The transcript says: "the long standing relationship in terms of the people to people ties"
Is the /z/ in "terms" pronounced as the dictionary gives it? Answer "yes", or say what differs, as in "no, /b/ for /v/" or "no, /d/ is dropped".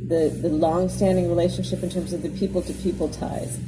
yes